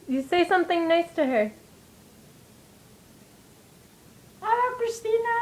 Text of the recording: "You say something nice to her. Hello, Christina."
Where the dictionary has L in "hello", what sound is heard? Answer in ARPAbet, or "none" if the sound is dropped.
none